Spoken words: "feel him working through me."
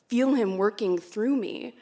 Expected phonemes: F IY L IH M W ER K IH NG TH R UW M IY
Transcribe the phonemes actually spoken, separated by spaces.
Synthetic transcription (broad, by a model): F IY L IH M W ER K IH NG TH R UW M IY